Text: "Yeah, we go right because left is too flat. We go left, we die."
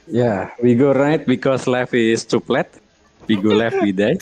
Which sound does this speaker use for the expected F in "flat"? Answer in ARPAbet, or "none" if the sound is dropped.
P